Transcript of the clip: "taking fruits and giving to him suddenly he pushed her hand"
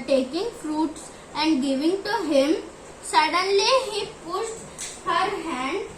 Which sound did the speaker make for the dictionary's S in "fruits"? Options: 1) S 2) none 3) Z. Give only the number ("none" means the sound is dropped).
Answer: 1